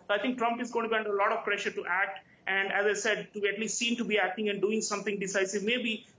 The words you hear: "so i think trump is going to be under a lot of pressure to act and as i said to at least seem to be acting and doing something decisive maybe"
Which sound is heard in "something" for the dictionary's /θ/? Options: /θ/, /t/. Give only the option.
/t/